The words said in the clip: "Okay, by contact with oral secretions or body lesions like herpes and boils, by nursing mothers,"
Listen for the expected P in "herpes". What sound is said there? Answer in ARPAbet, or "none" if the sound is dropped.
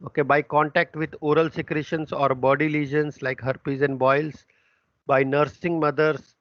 P